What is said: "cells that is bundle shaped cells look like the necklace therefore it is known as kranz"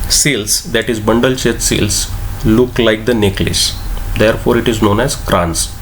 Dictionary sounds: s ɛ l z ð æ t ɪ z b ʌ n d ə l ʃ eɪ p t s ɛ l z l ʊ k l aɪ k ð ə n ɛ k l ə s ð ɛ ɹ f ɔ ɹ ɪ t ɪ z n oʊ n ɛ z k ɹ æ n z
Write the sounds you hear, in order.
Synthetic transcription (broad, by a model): s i l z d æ t ɪ z b ʌ n d ə l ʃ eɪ t s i l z l ʊ k l aɪ k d ə n ɛ k l ə s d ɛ ɹ f ɔ ɹ ɪ t ɪ z n oʊ n ɛ z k ɹ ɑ n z